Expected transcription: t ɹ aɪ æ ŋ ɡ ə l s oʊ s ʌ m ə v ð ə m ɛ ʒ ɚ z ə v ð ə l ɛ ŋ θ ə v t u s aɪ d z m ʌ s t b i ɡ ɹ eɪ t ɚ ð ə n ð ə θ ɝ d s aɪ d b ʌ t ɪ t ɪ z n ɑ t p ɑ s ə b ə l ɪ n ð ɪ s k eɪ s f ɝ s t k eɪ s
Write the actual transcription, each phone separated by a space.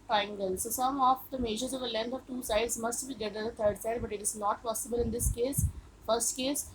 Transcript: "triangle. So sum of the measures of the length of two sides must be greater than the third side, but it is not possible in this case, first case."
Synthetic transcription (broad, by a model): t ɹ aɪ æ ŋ ɡ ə l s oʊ s ʌ m ə v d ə m ɛ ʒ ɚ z ə v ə l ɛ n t ə v t u s aɪ d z m ʌ s t b i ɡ eɪ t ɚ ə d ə t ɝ d s aɪ d b ʌ t ɪ t ɪ z n ɑ t p ɑ s ə b ə l ɪ n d ɪ s k eɪ s f ɝ s t k eɪ s